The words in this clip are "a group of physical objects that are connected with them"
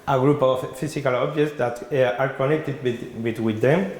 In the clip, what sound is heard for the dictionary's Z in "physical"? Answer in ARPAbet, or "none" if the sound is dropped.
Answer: S